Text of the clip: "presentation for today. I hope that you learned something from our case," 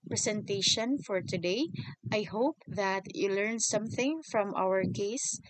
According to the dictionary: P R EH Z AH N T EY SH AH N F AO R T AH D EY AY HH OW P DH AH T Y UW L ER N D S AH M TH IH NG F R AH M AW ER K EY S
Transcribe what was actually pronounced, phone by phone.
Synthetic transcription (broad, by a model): P R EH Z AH N T EY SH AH N F AO R T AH D EY AY HH OW P DH AH T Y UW L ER N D S AH M TH IH NG F R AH M AW ER K EY S